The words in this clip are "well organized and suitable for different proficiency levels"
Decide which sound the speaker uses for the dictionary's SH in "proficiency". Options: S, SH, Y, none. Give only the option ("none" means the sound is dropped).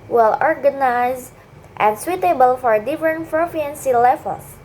none